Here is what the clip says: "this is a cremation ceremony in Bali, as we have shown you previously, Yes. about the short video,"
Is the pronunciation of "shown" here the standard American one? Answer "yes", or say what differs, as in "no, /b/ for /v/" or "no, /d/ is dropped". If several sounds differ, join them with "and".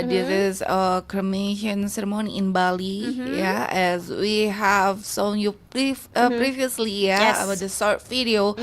no, /s/ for /ʃ/